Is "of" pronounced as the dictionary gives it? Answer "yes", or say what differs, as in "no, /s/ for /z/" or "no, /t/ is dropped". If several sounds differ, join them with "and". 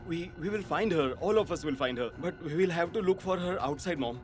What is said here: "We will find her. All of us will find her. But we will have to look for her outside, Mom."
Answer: no, /f/ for /v/